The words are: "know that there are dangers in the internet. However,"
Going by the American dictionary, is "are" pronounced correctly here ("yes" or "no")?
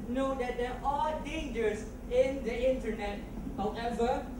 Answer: no